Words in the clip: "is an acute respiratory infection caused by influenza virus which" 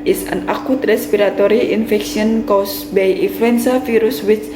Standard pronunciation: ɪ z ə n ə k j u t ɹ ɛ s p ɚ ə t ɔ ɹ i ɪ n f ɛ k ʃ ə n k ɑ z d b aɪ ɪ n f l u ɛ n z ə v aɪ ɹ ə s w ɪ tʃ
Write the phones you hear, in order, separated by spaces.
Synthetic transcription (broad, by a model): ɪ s ə n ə k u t ɹ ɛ s p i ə t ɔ ɹ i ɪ n f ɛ k s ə n k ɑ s b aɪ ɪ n f l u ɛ n s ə f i ɹ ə s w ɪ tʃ